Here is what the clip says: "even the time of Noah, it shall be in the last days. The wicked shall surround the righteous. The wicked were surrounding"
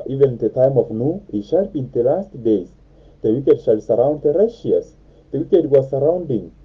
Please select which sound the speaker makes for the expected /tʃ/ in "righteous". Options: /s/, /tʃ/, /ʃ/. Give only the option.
/ʃ/